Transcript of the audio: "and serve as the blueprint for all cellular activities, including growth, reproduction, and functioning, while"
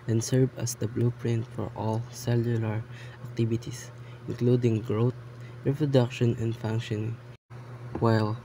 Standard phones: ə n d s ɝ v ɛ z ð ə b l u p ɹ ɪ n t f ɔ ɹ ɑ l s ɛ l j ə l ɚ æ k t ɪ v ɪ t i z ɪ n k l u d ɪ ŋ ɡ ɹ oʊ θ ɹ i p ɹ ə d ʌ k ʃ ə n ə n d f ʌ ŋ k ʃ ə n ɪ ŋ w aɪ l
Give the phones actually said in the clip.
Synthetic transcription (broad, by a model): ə n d s ɝ v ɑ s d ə b l u p ɹ ɪ n t f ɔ ɹ ɑ l s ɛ l j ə l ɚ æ k t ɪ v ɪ t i s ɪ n k l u d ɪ ŋ ɡ ɹ oʊ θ ɹ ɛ p ɹ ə d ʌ k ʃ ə n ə n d f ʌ ŋ k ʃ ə n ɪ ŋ w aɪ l